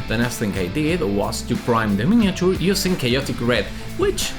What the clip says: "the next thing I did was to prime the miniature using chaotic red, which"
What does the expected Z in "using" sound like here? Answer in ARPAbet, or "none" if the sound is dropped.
S